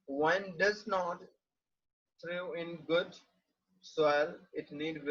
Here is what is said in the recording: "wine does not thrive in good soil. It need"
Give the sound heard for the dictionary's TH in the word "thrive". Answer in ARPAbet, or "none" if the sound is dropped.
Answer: T